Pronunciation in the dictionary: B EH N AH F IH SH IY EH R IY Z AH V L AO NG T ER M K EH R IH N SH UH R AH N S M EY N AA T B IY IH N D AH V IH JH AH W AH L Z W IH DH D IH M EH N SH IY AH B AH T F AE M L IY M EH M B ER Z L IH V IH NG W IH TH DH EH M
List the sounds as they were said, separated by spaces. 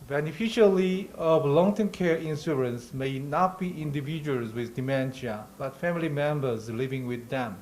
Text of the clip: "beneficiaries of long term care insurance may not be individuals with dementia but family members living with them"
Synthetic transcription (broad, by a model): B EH N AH F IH SH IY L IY AH V L AO NG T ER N K EH R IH N S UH R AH N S M EY N AA T B IY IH N D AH V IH JH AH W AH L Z W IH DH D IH M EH N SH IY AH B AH T F AE M L IY M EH M B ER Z L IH V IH NG W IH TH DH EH M